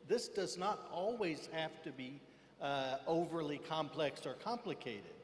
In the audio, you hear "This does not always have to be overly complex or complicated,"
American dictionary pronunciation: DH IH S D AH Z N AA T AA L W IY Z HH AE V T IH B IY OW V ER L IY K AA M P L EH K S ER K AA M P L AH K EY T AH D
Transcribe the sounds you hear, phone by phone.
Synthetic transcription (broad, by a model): DH IH S D AH Z N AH T AA L W IY Z HH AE F T IH B IY OW V ER L IY K AA M P L EH K S ER K AA M P L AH K EY T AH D